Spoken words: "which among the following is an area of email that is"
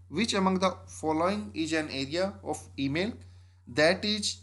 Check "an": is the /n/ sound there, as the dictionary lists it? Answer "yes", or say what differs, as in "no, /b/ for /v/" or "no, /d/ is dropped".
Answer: yes